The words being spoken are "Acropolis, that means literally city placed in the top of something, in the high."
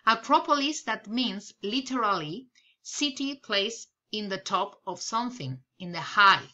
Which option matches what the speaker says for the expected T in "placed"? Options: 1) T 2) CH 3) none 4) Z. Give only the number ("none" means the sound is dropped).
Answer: 3